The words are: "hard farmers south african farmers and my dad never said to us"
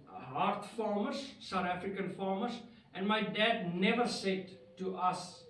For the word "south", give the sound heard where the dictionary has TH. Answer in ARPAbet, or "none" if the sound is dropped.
T